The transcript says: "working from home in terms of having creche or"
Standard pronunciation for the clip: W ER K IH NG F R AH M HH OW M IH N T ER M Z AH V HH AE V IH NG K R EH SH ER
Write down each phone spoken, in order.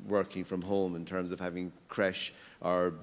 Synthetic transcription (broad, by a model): W ER K IH NG F R AH M HH OW M IH N T ER M Z AH V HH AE V IH NG K R EH SH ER